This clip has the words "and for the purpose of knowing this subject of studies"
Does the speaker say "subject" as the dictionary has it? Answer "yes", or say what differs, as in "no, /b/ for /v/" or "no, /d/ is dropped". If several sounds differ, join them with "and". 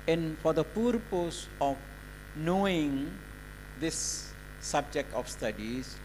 yes